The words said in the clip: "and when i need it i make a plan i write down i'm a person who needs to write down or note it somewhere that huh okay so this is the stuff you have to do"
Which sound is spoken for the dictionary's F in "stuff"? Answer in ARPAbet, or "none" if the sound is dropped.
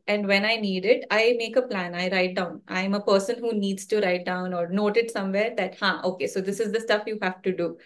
F